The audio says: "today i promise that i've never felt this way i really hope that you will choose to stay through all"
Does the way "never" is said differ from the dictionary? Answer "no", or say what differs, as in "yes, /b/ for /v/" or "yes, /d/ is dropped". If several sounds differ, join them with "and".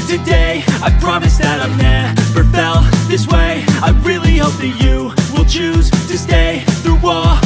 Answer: yes, /f/ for /v/